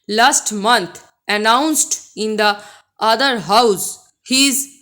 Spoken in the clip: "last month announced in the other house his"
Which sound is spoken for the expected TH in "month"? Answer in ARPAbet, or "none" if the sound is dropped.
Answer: T